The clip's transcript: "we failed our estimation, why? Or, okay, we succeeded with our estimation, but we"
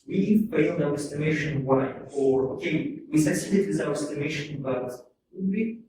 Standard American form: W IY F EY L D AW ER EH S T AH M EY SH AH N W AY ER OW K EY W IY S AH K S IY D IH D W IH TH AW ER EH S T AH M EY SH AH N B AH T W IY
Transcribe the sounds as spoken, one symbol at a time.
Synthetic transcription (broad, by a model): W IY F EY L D AW ER EH S T AH M EY SH AH N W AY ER OW K EY W IY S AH S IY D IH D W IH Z AW ER EH S T AH M EY SH AH N B AH T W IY